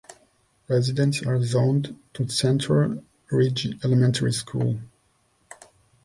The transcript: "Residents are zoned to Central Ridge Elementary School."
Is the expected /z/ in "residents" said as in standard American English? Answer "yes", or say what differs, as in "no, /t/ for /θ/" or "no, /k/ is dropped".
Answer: yes